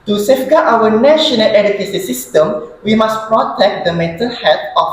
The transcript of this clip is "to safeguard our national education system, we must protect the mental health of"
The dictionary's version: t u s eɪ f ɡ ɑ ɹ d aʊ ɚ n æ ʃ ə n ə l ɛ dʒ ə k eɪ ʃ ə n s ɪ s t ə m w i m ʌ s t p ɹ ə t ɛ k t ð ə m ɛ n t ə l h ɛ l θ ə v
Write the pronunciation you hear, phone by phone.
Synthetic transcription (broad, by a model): t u s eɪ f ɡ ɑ aʊ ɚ n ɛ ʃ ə n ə l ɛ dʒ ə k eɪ s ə s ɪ s t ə m w i m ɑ s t p ɹ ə t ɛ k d ə m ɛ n t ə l h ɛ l t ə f